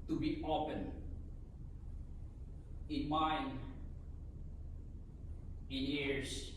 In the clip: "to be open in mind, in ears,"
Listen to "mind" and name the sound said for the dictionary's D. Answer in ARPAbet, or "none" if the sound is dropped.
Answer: none